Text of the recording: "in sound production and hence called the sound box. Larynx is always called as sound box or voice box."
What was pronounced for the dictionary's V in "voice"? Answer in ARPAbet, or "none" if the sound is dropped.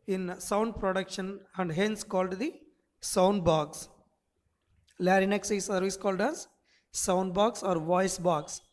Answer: V